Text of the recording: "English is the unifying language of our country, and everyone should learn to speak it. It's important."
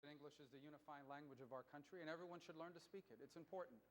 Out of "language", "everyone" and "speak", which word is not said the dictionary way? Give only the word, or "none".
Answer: none